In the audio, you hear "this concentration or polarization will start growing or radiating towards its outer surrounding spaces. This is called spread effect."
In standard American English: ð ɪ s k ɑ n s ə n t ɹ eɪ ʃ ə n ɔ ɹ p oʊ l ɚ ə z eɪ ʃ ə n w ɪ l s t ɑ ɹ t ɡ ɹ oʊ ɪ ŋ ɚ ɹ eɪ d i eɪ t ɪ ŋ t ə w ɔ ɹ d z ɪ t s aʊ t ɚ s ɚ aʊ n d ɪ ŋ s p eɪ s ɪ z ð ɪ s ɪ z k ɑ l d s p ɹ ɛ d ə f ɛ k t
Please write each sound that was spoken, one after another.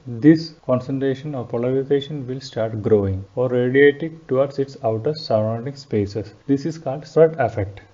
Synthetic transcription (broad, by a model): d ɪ s k ɑ n s ə n t ɹ eɪ ʃ ə n ɔ ɹ p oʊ l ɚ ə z eɪ ʃ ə n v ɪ l s t ɑ ɹ t ɡ ɹ oʊ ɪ ŋ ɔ ɹ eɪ d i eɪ t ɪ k t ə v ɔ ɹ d s ɪ t s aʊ t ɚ s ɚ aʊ n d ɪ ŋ s p eɪ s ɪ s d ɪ s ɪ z k ɑ l d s ɹ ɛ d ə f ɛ k t